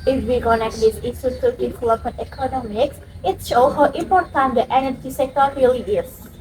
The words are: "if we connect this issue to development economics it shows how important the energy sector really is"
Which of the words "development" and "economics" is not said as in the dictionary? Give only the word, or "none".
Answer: development